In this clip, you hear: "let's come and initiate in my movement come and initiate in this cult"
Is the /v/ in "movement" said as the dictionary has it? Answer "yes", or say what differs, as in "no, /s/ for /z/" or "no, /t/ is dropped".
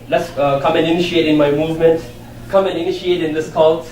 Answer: yes